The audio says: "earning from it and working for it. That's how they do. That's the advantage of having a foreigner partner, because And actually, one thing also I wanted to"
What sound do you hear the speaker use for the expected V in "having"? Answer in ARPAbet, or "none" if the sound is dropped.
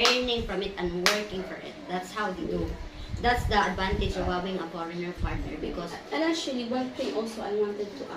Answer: W